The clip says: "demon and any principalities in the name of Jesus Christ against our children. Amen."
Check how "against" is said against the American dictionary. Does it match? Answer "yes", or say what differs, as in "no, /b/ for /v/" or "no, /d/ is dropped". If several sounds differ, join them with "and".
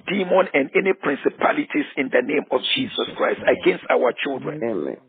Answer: yes